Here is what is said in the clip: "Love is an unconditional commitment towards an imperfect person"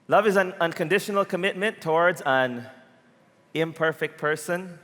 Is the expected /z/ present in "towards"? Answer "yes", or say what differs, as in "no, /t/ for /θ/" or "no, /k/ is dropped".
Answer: yes